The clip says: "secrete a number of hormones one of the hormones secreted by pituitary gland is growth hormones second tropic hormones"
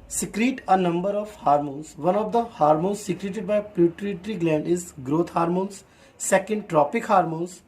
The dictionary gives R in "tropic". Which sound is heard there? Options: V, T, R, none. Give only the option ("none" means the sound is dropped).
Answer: R